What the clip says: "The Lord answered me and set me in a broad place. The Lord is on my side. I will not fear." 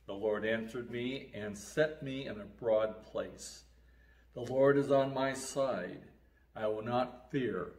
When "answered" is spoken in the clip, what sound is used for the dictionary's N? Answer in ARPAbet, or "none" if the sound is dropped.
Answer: N